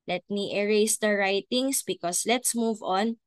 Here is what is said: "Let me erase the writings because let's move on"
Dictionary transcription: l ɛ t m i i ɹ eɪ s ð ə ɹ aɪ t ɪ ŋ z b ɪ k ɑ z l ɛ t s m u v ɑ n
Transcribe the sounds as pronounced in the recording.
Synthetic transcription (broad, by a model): l ɛ t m i i ɹ eɪ s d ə ɹ aɪ t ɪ ŋ s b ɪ k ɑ s l ɛ t s m u v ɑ n